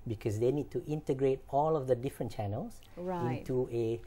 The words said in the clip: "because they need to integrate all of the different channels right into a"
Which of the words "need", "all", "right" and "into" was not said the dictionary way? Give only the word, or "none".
right